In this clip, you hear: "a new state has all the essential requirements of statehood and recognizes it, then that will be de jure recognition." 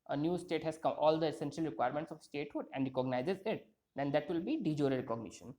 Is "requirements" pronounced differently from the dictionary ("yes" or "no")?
no